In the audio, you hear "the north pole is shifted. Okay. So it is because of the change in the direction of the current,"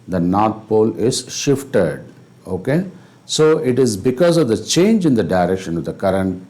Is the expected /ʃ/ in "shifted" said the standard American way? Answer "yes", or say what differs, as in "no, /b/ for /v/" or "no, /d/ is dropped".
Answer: yes